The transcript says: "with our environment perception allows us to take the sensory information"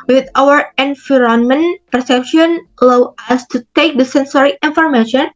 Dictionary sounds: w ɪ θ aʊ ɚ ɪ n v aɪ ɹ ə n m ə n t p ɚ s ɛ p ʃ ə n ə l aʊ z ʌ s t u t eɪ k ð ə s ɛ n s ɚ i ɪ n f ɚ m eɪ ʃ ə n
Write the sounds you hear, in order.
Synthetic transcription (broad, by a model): w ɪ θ aʊ ɚ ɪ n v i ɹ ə n m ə n p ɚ s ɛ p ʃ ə n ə l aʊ ʌ s t u t eɪ k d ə s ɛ n s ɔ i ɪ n f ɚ m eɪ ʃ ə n